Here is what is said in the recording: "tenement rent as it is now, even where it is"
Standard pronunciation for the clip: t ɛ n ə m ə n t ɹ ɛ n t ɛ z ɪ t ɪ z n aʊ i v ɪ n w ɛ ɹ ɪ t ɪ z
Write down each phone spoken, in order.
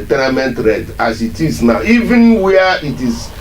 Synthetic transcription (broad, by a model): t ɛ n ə m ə n t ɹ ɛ t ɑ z ɪ t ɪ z n aʊ i v ɪ n w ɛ ɪ t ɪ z